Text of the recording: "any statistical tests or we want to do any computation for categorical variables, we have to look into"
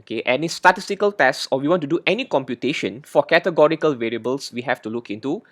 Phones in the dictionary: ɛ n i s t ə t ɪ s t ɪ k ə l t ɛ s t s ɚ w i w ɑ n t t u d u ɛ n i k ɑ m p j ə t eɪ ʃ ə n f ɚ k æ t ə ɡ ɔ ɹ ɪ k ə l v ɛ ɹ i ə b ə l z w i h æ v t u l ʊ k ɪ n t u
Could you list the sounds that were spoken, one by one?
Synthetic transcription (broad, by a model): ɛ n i s t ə t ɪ s t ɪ k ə l t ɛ s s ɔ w i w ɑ n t t u d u ɛ n i k ɑ m p j ə t eɪ ʃ ə n f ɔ k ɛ t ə ɡ ɔ ɹ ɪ k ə l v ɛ ɹ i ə b ə l s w i h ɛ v t u l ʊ k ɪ n t u